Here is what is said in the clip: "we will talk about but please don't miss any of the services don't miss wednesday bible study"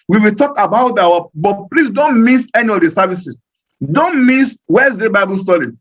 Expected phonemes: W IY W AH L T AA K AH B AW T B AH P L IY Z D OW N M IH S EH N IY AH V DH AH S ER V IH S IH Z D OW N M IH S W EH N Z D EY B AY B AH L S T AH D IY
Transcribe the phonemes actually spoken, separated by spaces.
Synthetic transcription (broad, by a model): W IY W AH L T AA K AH B AW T B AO P L IY S D OW N M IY S EH N IY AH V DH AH S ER V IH S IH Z D OW N M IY S W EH Z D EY B AY B AH L S T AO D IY